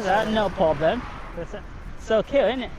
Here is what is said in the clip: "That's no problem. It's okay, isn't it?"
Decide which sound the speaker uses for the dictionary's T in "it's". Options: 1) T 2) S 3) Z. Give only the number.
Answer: 2